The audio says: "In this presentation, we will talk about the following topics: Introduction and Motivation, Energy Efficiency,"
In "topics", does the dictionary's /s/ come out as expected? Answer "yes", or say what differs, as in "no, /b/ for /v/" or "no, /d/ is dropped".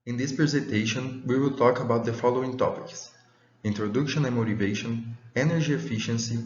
yes